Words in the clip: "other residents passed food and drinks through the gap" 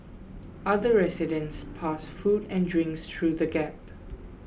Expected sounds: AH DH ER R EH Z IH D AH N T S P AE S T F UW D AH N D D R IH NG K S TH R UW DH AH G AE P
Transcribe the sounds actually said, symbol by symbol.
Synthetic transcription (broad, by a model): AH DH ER R EH S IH D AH N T S P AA S F UW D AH N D D R IH NG K S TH R UW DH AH G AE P